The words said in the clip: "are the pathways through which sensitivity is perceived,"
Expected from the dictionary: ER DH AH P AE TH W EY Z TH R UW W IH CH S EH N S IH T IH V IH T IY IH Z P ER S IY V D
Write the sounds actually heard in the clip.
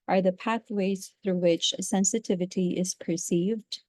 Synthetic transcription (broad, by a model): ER DH AH P AE TH W EY Z TH R UW W IH CH S EH N S IH T IH V IH T IY IH Z P ER S IY V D